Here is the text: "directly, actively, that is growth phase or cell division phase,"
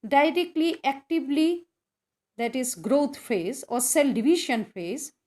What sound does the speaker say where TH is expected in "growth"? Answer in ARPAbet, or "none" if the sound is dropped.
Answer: T